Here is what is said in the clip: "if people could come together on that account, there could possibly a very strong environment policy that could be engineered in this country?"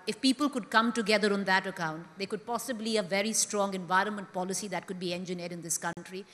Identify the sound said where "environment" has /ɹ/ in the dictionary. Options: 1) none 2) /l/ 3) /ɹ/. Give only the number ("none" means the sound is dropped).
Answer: 3